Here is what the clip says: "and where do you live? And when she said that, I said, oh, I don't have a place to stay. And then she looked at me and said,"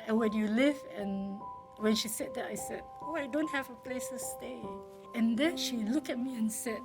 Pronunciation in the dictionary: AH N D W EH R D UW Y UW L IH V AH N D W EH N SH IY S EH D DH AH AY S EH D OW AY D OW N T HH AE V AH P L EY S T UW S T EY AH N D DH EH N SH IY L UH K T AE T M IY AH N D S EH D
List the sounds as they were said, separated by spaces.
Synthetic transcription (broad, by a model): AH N W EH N Y UW L IH V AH N W EH N SH IY S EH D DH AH AY S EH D OW AY D OW N T HH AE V AH P L EY S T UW S T EY AH N D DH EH N SH IY L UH K EH T M IY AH N S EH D